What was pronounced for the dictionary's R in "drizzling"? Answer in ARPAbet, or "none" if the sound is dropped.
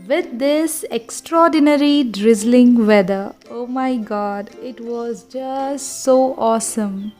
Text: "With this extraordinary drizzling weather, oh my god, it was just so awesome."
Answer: R